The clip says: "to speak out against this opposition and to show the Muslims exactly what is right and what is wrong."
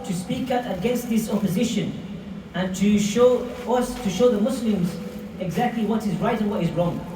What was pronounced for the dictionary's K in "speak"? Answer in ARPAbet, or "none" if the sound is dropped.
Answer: K